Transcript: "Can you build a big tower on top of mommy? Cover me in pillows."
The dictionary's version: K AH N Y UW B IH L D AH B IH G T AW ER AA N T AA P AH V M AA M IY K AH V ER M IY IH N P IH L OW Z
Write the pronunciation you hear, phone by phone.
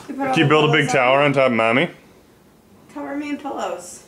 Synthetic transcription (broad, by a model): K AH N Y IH B IH L D AH B IH G T AW ER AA N T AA AH P M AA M IY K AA ER M IY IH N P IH L OW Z